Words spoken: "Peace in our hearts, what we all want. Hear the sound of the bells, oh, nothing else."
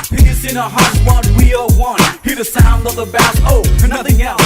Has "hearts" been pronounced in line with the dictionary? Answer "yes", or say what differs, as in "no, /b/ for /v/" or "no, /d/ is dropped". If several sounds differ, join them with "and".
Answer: no, /s/ is dropped